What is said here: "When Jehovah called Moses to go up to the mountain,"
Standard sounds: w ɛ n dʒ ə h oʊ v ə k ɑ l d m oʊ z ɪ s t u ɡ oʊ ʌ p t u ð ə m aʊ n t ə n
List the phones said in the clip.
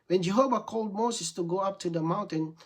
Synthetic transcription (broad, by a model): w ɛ n dʒ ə h oʊ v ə k ɑ l d m oʊ s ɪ s t u ɡ oʊ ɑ p t u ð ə m aʊ n t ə n